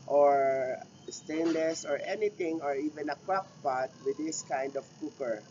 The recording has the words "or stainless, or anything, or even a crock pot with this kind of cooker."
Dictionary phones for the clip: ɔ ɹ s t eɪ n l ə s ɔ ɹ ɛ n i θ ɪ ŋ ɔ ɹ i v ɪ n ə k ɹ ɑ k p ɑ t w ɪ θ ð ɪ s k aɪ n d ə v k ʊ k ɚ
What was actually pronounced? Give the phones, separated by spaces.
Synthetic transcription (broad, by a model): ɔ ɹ s t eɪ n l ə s ɔ ɹ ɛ n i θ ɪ ŋ ɔ ɹ i v ɪ n ə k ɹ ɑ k p ɑ t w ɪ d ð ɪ s k aɪ n d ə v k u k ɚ